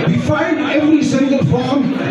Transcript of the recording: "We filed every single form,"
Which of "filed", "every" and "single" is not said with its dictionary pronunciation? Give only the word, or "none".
filed